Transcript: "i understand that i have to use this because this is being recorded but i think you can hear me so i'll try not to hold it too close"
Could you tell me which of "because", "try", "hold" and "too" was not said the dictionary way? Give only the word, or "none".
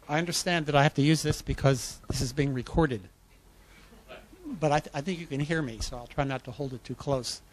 none